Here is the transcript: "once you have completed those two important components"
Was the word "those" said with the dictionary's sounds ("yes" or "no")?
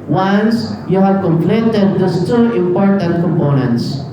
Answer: no